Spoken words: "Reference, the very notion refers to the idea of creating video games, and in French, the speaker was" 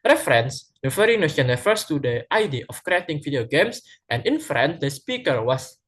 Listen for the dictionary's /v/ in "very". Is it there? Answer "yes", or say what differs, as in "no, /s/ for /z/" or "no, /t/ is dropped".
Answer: no, /f/ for /v/